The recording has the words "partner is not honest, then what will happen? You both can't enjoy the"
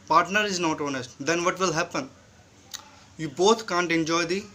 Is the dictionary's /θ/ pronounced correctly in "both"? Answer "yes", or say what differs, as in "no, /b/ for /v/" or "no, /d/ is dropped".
no, /t/ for /θ/